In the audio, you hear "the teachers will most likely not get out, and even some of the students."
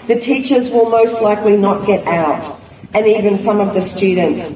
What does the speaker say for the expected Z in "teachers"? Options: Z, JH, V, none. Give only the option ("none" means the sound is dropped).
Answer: Z